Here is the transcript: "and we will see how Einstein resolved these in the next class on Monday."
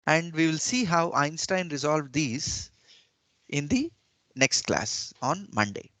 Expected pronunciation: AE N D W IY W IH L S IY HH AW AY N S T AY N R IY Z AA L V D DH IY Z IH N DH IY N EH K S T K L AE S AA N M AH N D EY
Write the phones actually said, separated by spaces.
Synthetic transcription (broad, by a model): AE N D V IY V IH L S IY HH AW AY N S T AY N R IY Z AA L V D IY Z IH N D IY N EH K S T K L AE S AA N M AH N D EY